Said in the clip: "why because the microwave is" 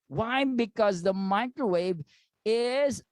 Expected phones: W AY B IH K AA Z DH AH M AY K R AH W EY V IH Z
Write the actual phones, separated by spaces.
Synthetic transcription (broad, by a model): W AY B IH K AA Z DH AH M AY K R AH W EY V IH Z